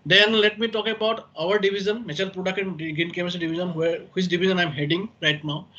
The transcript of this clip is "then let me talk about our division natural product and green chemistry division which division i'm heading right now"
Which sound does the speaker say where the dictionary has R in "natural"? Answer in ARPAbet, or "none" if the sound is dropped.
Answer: none